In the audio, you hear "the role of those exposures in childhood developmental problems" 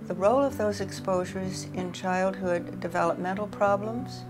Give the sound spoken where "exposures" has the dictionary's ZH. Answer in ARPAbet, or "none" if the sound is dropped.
ZH